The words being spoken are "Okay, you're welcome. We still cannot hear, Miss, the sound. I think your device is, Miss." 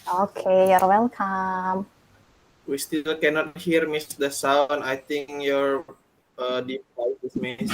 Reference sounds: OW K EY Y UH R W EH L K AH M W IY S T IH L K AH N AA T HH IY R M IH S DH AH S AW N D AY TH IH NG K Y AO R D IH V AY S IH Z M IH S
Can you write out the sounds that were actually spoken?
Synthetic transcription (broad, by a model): OW K EY Y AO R W EH L K AH M W IY S T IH L K AH N AA T HH IY R M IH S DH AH S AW N AY T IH NG K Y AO R D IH AY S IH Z M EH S